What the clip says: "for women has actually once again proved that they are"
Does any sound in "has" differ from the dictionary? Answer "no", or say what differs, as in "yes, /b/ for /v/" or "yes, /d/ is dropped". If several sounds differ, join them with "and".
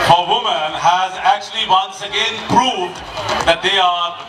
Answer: no